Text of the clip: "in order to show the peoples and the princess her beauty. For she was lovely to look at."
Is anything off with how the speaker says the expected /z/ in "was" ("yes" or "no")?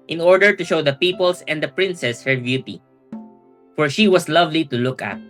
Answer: yes